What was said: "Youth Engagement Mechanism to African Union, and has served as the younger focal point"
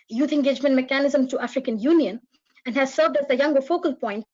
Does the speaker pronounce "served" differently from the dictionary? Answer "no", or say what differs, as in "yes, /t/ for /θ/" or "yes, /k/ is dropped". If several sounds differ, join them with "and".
no